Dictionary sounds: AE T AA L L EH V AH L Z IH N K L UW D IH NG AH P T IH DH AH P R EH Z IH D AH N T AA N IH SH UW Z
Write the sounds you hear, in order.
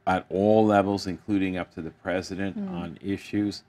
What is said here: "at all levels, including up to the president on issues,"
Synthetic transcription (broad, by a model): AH T AA L L EH V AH L Z IH N K L UW D IH NG AH P T IH DH AH P R EH Z IH D AH N T N IH SH UW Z